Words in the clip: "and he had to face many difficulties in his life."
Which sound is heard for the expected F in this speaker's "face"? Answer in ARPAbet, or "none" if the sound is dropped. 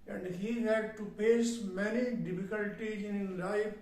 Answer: P